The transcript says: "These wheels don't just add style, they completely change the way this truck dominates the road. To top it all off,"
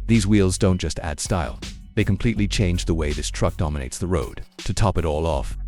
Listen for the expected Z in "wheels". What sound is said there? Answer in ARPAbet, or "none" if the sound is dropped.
Z